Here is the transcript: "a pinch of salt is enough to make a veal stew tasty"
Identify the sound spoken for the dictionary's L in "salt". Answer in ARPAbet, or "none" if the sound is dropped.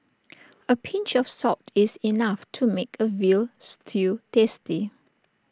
none